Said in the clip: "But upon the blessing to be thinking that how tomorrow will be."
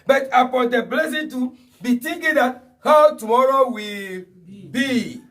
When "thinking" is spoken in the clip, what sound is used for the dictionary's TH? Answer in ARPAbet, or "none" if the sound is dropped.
T